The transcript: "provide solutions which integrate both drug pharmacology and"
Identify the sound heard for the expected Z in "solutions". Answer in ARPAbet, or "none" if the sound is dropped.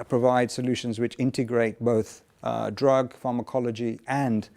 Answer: Z